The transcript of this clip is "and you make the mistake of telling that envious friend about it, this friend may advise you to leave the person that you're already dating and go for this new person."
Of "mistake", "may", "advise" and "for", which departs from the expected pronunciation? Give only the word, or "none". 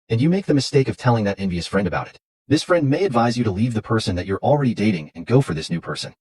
none